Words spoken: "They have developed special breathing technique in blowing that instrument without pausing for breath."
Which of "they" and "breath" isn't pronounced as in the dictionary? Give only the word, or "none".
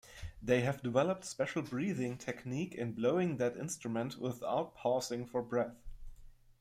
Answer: none